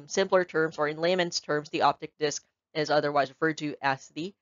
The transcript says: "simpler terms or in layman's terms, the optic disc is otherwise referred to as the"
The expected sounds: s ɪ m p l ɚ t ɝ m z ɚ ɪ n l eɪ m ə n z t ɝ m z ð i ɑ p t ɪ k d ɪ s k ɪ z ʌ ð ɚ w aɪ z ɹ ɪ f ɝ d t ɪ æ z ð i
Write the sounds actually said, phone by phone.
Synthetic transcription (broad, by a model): s ɪ m p l ɚ t ɝ m z ɚ ɪ n l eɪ m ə n s t ɝ m z ð i ɑ p t ɪ k d ɪ s k ɪ z ʌ ð ɚ w aɪ z ɹ ɪ f ɝ d t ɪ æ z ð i